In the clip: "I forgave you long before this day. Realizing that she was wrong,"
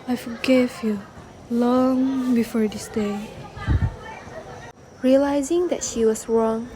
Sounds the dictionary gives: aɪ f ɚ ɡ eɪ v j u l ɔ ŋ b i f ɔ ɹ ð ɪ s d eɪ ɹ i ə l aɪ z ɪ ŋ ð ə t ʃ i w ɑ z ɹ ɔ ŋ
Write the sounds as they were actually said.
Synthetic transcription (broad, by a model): aɪ f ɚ ɡ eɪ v j u l ɔ ŋ b i f ɔ ɹ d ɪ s d eɪ ɹ i ə l aɪ z ɪ ŋ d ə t ʃ i w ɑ s ɹ ɔ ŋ